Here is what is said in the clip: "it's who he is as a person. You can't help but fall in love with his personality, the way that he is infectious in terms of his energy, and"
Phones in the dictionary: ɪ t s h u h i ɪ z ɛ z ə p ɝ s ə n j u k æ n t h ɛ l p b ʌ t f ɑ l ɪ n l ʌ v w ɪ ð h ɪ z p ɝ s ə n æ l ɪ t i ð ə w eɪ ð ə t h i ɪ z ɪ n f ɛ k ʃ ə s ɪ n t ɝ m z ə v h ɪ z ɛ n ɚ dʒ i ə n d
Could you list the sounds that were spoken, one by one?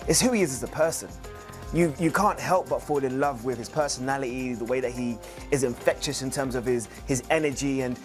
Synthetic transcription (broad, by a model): ɪ t s h u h i ɪ z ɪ z ə p ɝ s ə n j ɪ k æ n t h ɛ l p b ʌ t f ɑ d ɪ n l ʌ v w ɪ ð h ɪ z p ɝ s ə n æ l ɪ t i ð ə w eɪ ð ə t h i ɪ z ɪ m f ɛ k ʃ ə s ɪ n t ɝ m z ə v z ɪ z ɛ n ɚ dʒ i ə n